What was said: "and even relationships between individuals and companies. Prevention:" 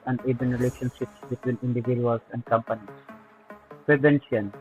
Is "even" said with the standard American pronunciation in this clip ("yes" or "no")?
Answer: no